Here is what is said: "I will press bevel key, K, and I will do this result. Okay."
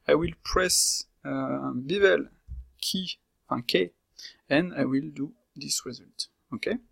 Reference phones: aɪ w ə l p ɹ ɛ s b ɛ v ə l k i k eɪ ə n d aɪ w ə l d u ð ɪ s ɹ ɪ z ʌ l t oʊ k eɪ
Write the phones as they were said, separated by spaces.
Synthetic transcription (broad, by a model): aɪ w ə l p ɹ ɛ s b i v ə l k i k eɪ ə n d aɪ w ə l d u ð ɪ s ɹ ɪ z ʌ l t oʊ k eɪ